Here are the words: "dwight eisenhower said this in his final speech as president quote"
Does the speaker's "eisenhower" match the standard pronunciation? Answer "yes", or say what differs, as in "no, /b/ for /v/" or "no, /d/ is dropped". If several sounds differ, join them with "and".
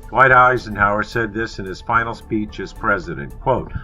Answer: yes